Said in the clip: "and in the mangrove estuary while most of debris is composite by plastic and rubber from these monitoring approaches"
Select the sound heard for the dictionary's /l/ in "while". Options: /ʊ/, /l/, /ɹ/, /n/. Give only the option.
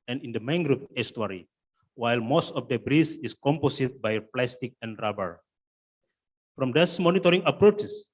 /l/